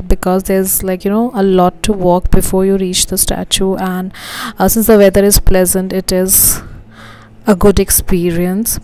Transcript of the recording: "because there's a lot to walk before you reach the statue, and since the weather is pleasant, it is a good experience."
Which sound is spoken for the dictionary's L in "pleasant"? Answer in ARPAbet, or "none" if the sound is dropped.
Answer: L